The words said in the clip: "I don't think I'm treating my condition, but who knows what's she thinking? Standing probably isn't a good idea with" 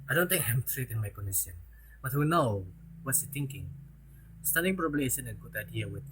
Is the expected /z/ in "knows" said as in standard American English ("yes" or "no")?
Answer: no